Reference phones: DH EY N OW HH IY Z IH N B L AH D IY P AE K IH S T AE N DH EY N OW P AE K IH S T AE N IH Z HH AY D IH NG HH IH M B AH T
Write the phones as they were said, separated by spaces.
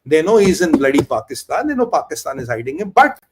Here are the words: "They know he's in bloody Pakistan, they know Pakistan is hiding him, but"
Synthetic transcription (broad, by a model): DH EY N OW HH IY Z IH N B L AH D IY P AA K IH S T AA N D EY N OW P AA K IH S T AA N IH Z HH AY D IH NG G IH B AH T